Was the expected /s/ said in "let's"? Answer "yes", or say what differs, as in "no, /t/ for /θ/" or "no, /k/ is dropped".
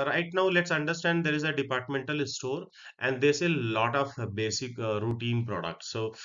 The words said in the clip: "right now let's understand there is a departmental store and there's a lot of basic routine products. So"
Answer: yes